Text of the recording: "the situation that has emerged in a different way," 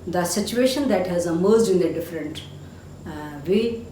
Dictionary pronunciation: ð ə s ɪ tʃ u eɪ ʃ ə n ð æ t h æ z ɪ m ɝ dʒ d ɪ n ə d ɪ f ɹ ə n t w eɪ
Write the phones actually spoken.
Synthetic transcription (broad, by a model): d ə s ɪ tʃ u eɪ ʃ ə n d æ t h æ z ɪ m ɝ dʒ ɪ n ə d ɪ f ɹ ə n t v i